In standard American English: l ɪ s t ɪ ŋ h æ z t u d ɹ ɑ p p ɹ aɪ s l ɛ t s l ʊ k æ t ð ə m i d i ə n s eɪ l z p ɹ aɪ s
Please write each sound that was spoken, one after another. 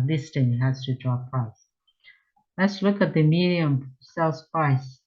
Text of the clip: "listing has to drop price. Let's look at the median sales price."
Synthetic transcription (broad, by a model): l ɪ s t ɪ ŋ h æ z t u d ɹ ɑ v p aɪ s l ɛ t s l ʊ k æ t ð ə m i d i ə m s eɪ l s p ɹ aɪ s